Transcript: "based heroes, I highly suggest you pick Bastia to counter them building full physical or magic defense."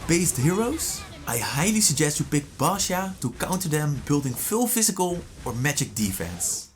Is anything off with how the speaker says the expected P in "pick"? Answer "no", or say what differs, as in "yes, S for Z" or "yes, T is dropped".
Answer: no